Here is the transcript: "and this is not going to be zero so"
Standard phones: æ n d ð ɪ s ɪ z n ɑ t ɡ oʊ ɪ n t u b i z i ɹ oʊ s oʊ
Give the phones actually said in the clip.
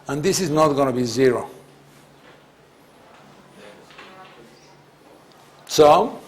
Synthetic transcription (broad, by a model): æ n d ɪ s ɪ z n ɑ t ɡ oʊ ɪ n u b i z i ɹ oʊ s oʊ